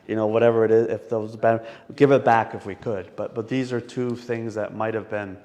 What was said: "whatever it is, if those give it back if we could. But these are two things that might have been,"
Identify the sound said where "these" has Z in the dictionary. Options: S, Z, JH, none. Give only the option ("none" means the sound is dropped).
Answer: Z